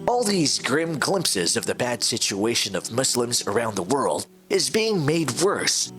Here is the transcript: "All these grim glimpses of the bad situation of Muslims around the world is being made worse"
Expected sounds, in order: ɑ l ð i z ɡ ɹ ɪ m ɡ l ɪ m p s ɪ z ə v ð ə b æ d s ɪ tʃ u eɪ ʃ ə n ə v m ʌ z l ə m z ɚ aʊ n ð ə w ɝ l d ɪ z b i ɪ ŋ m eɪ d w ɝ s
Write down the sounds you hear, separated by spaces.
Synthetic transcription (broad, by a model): ɑ l ð i z ɡ ɹ ɪ m ɡ l ɪ m p s ɪ z ə v ð ə b æ d s ɪ tʃ u eɪ ʃ ə n ə v m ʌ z l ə m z ɚ aʊ n ð ə w ɝ l d ɪ z b i ɪ ŋ m eɪ d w ɝ s